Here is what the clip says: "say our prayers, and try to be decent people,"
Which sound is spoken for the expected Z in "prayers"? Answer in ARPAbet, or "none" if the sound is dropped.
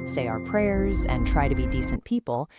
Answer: Z